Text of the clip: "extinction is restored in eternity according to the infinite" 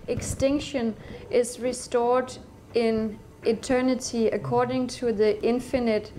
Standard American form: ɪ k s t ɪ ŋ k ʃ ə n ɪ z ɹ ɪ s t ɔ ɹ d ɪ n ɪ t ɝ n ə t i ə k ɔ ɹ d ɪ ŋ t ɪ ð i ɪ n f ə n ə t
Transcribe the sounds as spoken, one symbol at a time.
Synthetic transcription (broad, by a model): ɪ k s t ɪ ŋ k ʃ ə n ɪ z ɹ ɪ s t ɔ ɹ d ɪ n ɪ t ɝ n ə t i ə k ɔ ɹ d ɪ ŋ t ɪ ð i ɪ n f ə n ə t